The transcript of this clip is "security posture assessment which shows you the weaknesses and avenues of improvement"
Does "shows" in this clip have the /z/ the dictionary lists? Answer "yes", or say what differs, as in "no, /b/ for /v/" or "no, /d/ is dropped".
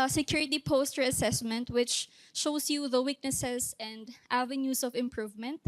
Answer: no, /s/ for /z/